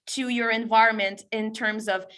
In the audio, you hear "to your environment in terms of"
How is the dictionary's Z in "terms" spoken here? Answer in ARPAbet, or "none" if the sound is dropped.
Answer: Z